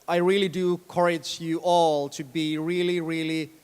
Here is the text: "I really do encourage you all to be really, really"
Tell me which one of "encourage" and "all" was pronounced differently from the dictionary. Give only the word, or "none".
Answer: encourage